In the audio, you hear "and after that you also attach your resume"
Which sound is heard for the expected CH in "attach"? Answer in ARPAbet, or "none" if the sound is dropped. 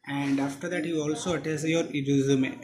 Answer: S